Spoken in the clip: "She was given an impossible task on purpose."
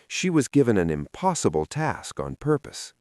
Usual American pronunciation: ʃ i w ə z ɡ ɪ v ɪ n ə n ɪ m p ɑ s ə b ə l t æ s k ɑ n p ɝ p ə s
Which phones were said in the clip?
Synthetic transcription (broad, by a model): ʃ i w ə z ɡ ɪ v ɪ n ə n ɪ m p ɑ s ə b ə l t æ s k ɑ n p ɝ p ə s